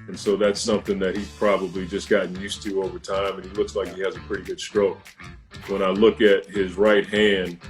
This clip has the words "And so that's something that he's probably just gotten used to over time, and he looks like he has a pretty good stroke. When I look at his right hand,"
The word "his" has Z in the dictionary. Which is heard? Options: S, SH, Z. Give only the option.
Z